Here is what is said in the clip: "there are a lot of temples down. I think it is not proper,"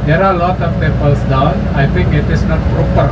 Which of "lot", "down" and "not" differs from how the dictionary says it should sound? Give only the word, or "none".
down